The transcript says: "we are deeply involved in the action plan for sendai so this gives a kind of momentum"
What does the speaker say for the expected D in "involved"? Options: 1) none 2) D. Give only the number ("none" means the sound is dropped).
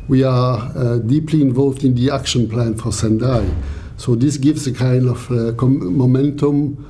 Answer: 2